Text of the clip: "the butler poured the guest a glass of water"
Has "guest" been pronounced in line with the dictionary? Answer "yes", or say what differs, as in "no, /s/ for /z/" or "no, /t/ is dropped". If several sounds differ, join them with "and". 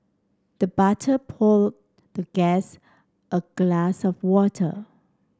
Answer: yes